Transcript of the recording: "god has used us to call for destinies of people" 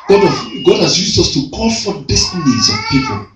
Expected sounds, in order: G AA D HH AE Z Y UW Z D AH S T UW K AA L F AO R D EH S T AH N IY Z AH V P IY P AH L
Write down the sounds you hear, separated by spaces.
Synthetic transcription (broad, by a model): G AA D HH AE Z Y UW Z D AH S T UW K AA N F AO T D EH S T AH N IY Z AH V P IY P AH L